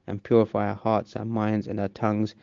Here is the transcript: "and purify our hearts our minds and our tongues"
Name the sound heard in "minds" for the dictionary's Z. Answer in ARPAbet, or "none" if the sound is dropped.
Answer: Z